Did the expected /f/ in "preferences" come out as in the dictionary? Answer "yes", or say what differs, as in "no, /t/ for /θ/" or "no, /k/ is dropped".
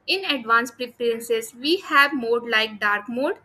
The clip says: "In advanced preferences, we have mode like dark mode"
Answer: no, /p/ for /f/